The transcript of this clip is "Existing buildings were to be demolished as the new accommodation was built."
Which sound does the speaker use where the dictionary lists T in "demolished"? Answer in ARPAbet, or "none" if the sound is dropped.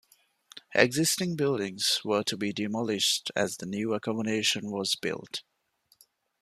T